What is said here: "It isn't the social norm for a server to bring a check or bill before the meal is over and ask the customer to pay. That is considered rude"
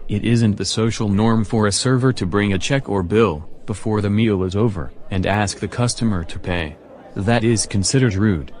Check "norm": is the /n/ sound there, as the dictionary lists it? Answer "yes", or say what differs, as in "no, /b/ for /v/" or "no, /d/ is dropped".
yes